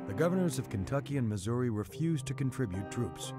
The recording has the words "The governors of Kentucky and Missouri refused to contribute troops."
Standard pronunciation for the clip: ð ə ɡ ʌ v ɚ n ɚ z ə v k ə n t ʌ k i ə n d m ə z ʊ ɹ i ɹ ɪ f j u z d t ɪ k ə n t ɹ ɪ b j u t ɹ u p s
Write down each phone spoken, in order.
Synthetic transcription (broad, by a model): ð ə ɡ ʌ v ɚ n ɚ z ə v k ə n t ʌ k i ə n m ə z ʊ ɹ i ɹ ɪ f j u z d t ɪ k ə n t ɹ ɪ b j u t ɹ u p s